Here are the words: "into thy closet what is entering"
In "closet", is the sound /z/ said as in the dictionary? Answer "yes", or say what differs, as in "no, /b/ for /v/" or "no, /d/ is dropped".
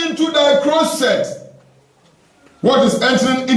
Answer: no, /s/ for /z/